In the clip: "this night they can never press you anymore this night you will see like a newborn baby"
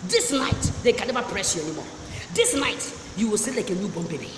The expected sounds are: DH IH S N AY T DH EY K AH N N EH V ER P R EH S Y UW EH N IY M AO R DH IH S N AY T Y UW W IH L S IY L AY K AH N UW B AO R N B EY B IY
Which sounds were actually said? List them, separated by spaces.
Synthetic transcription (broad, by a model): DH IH S N AY T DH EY K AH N N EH V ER P R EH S Y UW EH N IY M AO R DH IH S N AY T Y UW W IH L S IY L AY K AH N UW B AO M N B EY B IY